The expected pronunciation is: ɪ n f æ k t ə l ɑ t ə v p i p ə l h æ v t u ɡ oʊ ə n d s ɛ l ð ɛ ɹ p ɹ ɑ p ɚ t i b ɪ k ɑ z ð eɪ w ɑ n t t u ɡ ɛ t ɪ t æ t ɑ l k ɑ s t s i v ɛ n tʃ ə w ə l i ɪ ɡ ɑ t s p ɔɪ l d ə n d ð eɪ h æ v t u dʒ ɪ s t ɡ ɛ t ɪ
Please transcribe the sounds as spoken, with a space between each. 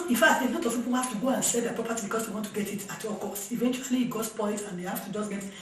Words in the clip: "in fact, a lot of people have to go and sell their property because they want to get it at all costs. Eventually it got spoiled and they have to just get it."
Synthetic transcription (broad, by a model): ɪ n f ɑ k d ə n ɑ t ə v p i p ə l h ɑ f t u ɡ oʊ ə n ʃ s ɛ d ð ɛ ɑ p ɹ ɑ p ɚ t i b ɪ k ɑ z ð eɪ w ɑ n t t u ɡ ɛ t ɪ t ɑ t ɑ k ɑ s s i v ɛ n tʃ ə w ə l i ɡ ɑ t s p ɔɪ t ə n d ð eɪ h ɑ f t u dʒ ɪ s ɡ ɛ t